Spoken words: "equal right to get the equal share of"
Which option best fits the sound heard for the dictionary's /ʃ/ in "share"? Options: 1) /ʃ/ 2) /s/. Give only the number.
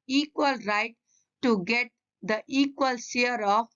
2